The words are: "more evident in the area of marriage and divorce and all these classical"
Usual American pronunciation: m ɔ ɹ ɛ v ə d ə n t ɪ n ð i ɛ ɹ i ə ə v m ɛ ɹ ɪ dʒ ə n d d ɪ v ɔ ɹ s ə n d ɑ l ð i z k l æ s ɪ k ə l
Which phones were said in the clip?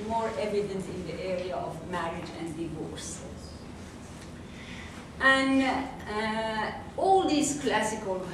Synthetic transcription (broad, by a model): m ɔ ɹ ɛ v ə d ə n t ɪ n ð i ɛ ɹ i ə ə v m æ ɹ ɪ dʒ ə n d d ɪ v ɔ ɹ s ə n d ɑ l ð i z k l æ s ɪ k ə l